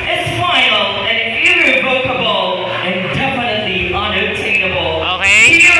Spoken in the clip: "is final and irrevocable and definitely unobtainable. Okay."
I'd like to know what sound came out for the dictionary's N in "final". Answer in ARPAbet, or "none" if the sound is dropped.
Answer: none